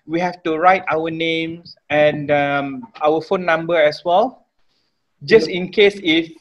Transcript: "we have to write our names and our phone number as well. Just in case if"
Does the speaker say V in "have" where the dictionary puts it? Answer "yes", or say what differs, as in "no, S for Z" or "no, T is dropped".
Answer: no, F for V